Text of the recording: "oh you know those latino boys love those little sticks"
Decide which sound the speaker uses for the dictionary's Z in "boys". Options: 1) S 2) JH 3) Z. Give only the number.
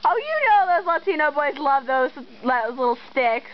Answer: 3